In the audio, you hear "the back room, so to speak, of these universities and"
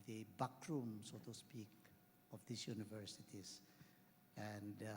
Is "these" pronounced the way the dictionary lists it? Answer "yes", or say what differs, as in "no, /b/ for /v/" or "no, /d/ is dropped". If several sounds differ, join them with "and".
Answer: no, /s/ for /z/